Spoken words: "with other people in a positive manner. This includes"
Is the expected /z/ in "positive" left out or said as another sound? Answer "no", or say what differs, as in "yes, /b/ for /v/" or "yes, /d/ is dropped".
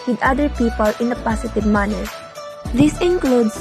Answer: yes, /s/ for /z/